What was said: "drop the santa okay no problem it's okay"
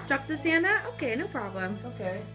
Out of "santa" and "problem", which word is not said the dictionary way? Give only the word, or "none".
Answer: none